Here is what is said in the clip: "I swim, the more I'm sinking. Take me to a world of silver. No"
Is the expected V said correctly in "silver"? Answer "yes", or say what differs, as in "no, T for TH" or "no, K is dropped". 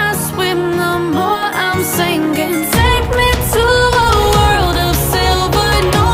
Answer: no, B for V